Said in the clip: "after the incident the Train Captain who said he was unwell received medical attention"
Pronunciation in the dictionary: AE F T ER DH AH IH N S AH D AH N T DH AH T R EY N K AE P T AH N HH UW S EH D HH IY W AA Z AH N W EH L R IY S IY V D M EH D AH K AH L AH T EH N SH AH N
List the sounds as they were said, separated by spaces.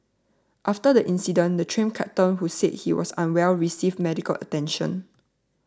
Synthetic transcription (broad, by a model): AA F T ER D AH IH N S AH D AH N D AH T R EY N K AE T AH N HH UW S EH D HH IY W AA S AH N W EH L R IY S IY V M EH D AH K AH L AH T EH N SH AH N